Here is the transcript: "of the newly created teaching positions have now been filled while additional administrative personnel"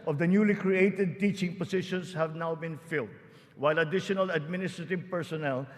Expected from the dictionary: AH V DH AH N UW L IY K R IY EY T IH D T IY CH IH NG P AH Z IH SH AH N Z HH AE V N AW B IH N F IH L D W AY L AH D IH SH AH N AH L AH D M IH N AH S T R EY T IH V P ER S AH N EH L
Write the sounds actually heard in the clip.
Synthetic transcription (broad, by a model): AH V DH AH N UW L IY K R IY EY T IH D T IY CH IH NG P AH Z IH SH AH N S HH AE V N AW B IH N F IH L D W AY L AH D IH SH AH N AH L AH D M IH N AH S T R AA T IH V P ER S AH N EH L